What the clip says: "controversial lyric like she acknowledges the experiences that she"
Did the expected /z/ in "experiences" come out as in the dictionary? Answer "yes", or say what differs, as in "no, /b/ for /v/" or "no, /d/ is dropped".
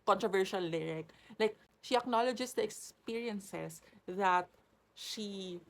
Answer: no, /s/ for /z/